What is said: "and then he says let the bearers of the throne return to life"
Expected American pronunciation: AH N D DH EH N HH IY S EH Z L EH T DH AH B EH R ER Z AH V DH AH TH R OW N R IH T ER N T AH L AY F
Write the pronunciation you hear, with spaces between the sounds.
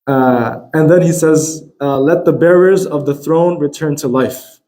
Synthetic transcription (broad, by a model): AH N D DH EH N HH IY S EH Z L EH T DH AH B EH R ER Z AH V DH AH TH R OW N R IH T ER N T AH L AY F